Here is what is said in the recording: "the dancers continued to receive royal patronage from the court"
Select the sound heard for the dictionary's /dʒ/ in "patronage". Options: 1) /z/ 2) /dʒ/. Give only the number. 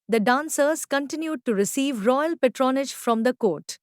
2